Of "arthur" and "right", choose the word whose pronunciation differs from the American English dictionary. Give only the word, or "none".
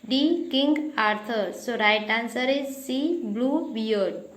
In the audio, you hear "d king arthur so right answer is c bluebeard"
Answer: arthur